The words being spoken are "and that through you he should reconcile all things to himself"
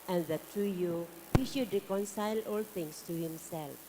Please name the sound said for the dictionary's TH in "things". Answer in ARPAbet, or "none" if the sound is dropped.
T